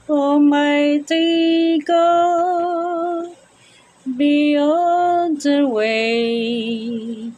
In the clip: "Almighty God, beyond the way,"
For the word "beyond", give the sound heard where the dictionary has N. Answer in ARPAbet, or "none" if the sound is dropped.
none